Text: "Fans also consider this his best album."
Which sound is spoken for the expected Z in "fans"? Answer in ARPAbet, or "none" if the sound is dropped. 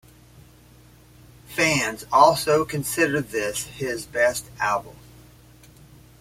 Z